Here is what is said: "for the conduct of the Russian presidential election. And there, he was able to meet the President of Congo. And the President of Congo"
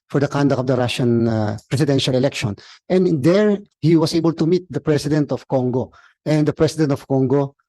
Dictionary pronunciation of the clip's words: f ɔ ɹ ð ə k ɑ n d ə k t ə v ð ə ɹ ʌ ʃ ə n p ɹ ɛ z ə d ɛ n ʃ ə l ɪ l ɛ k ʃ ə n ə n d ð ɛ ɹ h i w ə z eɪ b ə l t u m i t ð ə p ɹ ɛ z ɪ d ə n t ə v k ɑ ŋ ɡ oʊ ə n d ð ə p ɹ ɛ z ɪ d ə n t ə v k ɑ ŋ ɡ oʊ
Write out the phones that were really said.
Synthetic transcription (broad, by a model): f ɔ ɹ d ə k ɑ n d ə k ə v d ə ɹ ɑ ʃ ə n p ɹ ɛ s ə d ɛ n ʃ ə l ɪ l ɛ k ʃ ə n ə n d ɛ ɹ h i w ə s eɪ b ə l t u m i t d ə p ɹ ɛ s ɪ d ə n t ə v k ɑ ŋ ɡ oʊ ə n d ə p ɹ ɛ s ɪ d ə n t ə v k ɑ ŋ ɡ oʊ